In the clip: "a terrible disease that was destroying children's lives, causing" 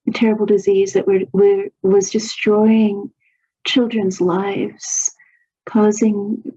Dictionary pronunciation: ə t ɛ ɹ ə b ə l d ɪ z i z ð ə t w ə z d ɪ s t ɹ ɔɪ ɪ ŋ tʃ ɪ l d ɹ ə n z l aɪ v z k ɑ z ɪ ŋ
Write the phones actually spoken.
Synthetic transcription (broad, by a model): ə t ɛ ɹ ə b l d ɪ z i z ð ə t w ə z d ɪ s t ɹ ɔɪ ɪ ŋ tʃ ɪ l d ɹ ə n z l aɪ v z k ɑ z ɪ ŋ